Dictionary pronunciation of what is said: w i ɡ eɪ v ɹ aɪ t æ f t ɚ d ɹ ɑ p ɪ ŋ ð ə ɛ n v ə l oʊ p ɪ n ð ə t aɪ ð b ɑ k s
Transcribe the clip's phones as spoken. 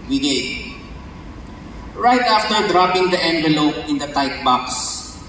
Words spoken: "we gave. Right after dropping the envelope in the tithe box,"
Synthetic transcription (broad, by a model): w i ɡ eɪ ɹ aɪ t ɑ f t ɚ d ɹ ɑ p ɪ ŋ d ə ɛ n v ə l oʊ p ɪ n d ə t aɪ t b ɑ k s